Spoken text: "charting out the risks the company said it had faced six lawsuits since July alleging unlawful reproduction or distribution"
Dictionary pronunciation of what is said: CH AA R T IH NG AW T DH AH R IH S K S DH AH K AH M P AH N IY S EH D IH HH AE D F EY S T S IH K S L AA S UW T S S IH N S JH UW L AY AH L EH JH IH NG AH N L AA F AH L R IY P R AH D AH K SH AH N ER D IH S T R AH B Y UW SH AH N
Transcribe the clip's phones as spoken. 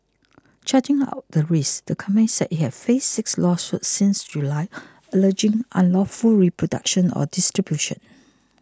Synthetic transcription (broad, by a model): CH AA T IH NG AW T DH AH R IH S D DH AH K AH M AH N S EH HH IH HH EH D F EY S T S IH K S L AA S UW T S S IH N S JH UW L AY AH L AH JH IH NG AH N L AA F AH L R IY P R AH D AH K SH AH N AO D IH S T R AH B Y UW SH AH N